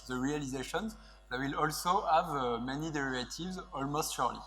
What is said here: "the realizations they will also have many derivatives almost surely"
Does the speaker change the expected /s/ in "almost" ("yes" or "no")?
no